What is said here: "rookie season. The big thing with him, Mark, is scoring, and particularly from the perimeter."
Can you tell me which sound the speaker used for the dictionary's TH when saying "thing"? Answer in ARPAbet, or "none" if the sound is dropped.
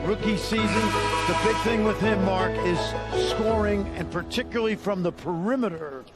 TH